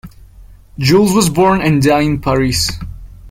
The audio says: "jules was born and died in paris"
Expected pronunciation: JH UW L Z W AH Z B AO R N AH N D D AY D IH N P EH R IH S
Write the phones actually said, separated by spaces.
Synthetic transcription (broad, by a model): JH UW L Z W AH Z B AO R N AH N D D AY IH N P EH R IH S